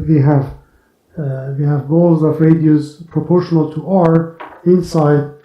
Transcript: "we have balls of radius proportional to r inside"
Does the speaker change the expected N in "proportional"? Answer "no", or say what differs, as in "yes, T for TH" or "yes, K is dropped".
no